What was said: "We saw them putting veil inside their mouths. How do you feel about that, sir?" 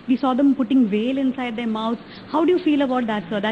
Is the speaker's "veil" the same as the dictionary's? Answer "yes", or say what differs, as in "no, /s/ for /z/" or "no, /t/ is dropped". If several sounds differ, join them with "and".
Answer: yes